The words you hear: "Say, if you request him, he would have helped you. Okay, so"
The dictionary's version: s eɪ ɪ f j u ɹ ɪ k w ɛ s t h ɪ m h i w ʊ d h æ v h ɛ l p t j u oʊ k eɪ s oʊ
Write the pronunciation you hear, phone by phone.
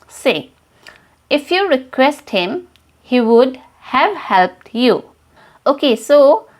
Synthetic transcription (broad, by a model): s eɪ ɪ f j u ɹ ɪ k w ɛ s t h ɪ m h i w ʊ d h æ v h ɛ l p t j u oʊ k eɪ s oʊ